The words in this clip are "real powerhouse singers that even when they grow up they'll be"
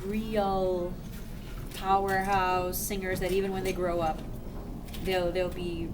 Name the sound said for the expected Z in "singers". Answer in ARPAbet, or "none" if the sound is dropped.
Z